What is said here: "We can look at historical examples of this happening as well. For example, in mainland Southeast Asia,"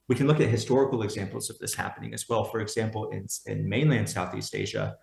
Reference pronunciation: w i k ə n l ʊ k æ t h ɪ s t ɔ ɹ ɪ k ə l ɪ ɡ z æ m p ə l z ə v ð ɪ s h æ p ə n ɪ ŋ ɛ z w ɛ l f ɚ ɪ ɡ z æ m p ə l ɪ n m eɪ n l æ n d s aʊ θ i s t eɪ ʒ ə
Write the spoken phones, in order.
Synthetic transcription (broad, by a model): w i k n l ʊ k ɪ t h ɪ s t ɔ ɹ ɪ k l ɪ ɡ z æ m p l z ə v ð ɪ s h æ p ə n ɪ ŋ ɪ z w ɛ l f ɚ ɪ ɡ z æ m p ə n ɪ n m eɪ n l æ n d s aʊ θ i s t eɪ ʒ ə